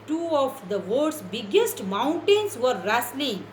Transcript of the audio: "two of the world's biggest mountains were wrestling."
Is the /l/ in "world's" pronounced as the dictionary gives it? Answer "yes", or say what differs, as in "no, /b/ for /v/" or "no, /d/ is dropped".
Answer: no, /l/ is dropped